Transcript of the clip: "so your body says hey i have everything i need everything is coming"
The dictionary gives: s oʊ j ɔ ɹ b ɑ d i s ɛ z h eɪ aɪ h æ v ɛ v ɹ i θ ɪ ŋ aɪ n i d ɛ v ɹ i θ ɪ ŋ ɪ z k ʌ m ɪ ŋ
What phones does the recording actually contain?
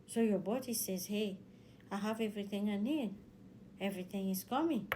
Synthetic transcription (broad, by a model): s oʊ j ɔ b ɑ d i s ɛ z h eɪ aɪ h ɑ v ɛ v ɹ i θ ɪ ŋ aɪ n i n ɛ v ɹ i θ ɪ ŋ ɪ z k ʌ m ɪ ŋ